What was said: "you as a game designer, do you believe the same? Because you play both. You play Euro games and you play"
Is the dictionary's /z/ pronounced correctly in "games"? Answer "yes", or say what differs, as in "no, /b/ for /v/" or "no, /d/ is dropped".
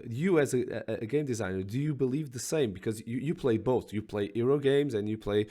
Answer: yes